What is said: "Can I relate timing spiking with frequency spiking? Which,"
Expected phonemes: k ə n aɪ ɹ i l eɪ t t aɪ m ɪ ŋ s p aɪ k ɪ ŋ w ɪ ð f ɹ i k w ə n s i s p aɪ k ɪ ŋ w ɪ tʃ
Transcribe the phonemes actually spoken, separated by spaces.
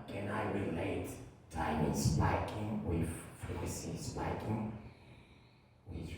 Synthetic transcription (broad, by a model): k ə n aɪ ɹ i l eɪ t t aɪ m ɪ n s p aɪ k ɪ ŋ w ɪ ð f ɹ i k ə s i s p aɪ k ɪ ŋ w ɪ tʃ